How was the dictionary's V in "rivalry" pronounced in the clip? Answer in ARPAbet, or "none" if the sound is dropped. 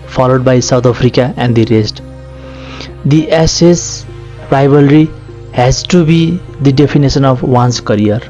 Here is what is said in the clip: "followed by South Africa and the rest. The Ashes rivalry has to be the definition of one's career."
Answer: B